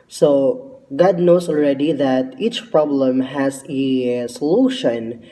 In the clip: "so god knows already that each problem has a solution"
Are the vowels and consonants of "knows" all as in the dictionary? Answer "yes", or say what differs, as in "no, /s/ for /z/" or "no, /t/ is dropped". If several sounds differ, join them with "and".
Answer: no, /s/ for /z/